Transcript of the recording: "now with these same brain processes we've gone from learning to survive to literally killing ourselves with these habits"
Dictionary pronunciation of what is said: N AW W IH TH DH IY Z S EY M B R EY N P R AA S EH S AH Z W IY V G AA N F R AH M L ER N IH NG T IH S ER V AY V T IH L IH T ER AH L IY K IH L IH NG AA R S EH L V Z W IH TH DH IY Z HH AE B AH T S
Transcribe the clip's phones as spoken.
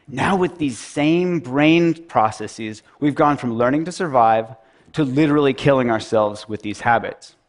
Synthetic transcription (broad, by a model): N AW W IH DH IY Z S EY M B R EY N P R AA S EH S AH Z W IY V G AA N F R AH M L ER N IH NG T IH S ER V AY V T IH L IH T ER L IY K IH L IH NG AA R S EH L V Z W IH DH IY Z HH AE B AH T S